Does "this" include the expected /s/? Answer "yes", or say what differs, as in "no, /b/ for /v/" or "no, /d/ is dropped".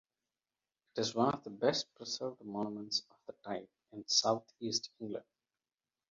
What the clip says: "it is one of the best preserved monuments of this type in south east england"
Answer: no, /s/ is dropped